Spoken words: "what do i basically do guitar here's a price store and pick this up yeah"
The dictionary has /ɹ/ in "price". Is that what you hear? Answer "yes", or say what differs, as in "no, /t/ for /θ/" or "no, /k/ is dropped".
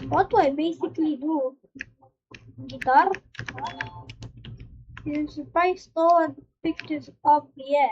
no, /ɹ/ is dropped